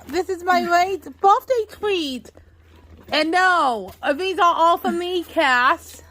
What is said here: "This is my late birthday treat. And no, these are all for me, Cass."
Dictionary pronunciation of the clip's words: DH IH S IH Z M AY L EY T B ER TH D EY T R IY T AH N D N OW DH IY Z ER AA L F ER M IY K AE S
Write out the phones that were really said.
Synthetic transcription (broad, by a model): DH IH S IH Z M AY W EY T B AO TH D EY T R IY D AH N N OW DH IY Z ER AA L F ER M IY K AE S